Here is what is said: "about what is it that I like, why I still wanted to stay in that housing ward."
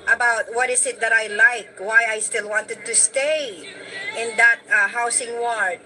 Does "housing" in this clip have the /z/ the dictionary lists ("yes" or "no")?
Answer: no